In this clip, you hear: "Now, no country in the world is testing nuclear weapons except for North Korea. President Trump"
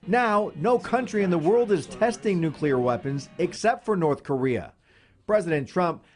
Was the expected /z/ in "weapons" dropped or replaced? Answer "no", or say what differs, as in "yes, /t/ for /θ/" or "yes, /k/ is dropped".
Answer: no